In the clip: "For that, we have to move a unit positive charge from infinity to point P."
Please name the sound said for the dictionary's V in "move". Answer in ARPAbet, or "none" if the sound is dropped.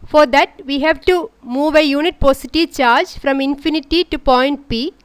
V